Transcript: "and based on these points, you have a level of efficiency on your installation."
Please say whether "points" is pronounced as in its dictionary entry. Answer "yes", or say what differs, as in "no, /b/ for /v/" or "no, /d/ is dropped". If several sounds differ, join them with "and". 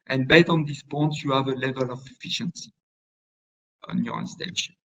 no, /s/ is dropped